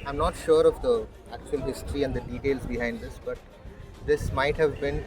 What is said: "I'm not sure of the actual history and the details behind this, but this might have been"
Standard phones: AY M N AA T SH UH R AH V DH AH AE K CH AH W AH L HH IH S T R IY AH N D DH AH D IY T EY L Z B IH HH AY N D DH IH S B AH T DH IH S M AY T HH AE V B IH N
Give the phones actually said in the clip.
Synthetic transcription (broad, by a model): AY M N AA T SH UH R AH V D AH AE K CH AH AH L HH IH S T R IY AH N D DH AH D IY T EY L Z B IH HH AY N D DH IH S B AH T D IH S M AY T HH AE V B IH N